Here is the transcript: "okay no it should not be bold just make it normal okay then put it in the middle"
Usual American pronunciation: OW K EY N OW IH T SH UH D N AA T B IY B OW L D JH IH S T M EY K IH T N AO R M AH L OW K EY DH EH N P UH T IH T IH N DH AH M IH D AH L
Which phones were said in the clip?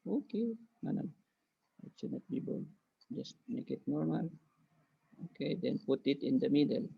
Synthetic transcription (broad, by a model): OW K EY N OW IH T S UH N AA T B IY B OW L JH IH S T M EY K IH T N AO R M AH L OW K EY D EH N P UH T IH T IH N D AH M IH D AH L